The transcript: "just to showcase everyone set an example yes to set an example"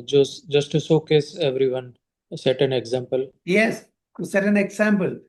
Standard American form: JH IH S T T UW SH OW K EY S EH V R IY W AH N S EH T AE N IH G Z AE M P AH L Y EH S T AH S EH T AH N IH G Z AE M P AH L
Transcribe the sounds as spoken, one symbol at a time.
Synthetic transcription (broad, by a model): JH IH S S T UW S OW K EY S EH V R IY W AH N S EH T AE N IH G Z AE M P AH L Y EH S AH S EH T AH N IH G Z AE M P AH L